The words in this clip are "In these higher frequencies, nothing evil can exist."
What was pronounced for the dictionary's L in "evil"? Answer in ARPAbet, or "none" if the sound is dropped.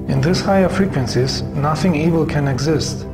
L